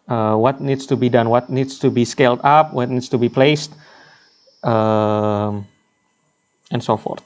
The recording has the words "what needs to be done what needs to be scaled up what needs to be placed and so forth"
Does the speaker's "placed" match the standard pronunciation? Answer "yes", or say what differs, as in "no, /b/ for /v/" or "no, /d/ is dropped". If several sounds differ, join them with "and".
yes